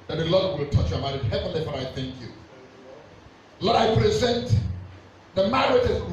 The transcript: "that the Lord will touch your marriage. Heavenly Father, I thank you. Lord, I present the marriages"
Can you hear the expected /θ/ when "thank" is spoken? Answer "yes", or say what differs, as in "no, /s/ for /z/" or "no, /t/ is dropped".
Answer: yes